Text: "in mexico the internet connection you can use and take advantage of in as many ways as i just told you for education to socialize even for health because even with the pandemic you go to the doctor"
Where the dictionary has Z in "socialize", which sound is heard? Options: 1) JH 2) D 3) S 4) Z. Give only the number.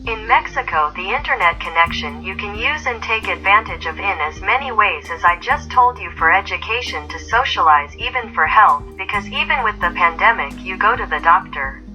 4